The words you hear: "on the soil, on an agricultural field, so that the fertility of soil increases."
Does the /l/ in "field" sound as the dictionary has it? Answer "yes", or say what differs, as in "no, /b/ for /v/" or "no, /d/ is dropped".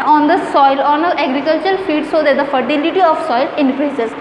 no, /l/ is dropped